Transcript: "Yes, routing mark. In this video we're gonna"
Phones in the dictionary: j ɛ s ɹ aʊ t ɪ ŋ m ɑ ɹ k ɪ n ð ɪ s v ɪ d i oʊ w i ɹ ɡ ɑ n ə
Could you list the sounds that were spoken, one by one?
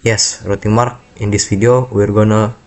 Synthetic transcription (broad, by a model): j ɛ s ɹ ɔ t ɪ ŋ m ɑ ɹ k ɪ n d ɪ s f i d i oʊ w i ɹ ɡ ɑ n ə